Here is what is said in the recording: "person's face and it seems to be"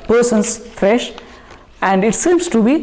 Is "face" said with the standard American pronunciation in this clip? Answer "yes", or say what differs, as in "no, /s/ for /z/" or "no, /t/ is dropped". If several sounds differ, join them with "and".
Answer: no, /ʃ/ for /s/